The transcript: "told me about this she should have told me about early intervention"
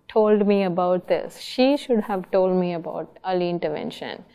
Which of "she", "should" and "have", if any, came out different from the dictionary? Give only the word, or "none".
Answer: none